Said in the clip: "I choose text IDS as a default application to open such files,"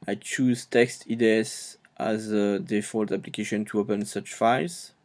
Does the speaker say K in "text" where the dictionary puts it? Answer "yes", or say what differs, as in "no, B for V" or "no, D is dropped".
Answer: yes